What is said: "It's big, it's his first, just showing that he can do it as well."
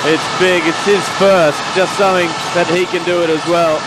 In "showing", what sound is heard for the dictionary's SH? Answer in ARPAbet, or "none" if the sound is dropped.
S